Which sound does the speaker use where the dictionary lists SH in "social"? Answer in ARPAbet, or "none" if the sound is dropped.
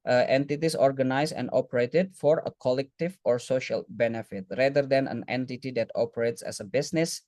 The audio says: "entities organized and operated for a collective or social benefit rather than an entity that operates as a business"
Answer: SH